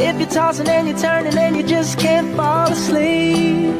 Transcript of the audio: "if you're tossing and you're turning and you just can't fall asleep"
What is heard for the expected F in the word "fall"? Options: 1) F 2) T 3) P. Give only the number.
1